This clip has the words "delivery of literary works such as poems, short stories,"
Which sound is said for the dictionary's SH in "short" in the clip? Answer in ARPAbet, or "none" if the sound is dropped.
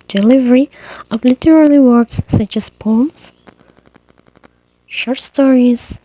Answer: SH